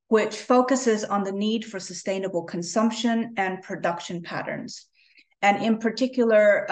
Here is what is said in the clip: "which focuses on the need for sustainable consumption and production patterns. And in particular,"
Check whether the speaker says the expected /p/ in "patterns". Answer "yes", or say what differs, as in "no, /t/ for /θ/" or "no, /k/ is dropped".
yes